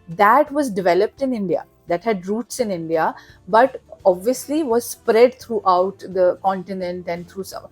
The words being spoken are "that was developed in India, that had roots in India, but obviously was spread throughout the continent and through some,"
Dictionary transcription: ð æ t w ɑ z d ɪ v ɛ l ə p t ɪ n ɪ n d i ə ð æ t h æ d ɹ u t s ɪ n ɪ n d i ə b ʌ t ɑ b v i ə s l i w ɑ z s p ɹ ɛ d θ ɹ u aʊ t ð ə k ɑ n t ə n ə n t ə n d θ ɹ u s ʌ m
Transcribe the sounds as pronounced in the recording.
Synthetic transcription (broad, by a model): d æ t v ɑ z d ɪ v ɛ l ə p t ɪ n ɪ n d i ə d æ t h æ d ɹ u t s ɪ n ɪ n d i ə b ʌ t ɑ b v i ə s l i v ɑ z s p ɹ ɛ d t ɹ u aʊ t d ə k ɑ n t ə n ə n t ə n d t ɹ u s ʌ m